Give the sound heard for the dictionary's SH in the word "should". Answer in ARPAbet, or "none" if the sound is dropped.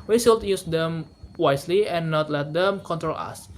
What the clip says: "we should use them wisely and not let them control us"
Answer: S